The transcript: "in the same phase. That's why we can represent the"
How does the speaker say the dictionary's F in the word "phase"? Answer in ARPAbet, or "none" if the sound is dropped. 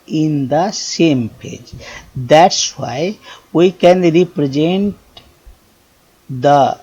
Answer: P